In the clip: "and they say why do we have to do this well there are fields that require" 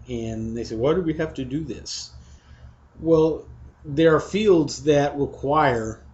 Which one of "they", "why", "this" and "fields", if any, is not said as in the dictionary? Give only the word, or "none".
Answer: none